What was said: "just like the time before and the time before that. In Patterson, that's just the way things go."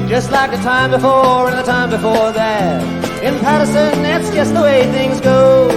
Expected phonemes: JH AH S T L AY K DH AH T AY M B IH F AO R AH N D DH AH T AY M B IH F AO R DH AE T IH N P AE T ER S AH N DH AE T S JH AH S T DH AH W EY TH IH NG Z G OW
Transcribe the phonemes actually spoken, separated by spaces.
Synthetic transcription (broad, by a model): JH AH S T L AY K DH AH T AY M B IH F AO R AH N DH AH T AY M B IH F AO R DH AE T IH N P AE T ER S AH N DH AE T S JH AH S T DH AH W EY TH IH NG Z G OW